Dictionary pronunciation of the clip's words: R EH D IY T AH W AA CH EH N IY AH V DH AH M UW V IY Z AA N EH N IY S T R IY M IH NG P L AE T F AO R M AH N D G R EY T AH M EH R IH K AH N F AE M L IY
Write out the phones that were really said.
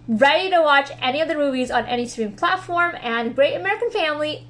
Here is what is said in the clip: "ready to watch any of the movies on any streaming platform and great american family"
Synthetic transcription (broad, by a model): R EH D IY T AH W AA CH EH N IY AH V DH AH M UW V IY Z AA N EH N IY S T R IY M P L AE T F AO R M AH N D G R EY T AH M EH R IH K AH N F AE M L IY